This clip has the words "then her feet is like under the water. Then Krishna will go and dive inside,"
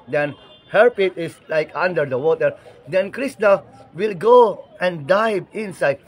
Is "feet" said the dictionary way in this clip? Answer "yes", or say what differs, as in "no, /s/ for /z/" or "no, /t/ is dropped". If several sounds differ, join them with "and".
no, /p/ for /f/